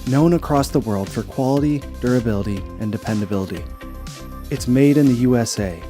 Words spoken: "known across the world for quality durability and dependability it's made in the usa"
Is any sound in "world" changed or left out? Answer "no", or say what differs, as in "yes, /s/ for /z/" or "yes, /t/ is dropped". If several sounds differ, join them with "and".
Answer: no